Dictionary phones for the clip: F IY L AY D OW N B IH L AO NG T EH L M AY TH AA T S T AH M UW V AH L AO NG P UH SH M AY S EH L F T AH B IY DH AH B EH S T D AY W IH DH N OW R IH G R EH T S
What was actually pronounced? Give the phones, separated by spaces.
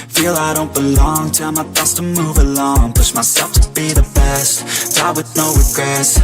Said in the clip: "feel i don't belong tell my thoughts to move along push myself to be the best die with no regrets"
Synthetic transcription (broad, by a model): F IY L AY D OW N B IH L AO NG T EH M AY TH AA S T AH M UW V AH L AO NG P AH S M AY S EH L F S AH B IY DH AH B EH S T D AY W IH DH N OW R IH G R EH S